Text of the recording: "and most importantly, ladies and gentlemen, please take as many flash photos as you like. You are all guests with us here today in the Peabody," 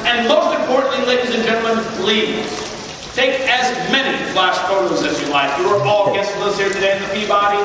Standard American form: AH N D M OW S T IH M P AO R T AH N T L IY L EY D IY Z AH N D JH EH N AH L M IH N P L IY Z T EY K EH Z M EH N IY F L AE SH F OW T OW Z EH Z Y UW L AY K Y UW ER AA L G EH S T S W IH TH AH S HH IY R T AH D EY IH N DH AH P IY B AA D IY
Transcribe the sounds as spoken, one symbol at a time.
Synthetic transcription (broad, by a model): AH N M OW S T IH M P AO R T N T L IY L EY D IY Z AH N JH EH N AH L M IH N B L IY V T EY K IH Z M EH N IY F L AE SH F OW T OW Z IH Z Y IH L AY K Y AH ER AA L G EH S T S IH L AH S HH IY R T AH D EY IH N DH AH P IY B AA D IY